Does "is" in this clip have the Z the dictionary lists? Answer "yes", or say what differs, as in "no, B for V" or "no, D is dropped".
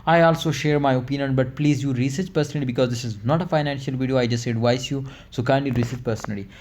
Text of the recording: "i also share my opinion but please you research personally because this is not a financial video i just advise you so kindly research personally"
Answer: yes